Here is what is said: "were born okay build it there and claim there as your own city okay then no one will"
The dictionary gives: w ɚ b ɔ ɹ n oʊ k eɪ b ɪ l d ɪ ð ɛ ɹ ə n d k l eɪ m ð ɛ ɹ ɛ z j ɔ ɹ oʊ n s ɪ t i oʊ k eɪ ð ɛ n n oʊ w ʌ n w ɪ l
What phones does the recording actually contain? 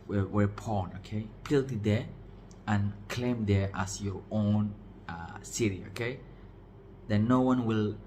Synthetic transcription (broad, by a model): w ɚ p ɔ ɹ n oʊ k eɪ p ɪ l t ɪ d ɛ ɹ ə n k l eɪ m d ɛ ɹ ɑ s j ɔ ɹ oʊ n s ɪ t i oʊ k eɪ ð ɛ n n oʊ w ʌ n w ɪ l